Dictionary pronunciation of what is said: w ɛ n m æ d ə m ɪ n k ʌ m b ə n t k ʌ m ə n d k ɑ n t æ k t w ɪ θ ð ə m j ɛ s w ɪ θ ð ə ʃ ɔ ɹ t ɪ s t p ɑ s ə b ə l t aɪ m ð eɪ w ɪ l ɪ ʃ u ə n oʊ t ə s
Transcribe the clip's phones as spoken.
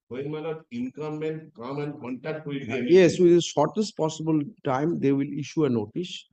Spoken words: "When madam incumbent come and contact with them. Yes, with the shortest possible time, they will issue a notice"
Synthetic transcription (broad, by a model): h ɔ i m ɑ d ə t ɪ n k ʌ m ə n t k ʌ m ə n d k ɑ n t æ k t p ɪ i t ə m j ɛ s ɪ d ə ʃ ɔ ɹ t ɪ s t p ɑ s ə b ə l t aɪ m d eɪ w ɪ l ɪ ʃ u ə n oʊ t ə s